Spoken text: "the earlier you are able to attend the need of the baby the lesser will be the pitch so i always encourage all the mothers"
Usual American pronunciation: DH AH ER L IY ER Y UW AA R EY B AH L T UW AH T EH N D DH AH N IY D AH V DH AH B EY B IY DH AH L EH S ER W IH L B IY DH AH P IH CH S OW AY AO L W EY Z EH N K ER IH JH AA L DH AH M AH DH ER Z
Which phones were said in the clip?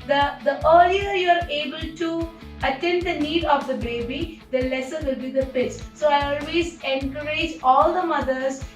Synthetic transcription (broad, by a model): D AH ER L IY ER Y UW AA R EY B AH L T UW AH T EH N D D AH N IY D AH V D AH B EY B IY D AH L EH S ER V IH L B IY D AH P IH S S OW AY AO L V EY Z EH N K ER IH JH AA L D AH M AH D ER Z